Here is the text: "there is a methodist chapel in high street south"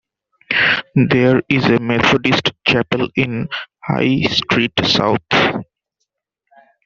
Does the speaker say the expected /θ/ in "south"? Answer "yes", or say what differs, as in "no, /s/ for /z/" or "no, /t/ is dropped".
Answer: no, /t/ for /θ/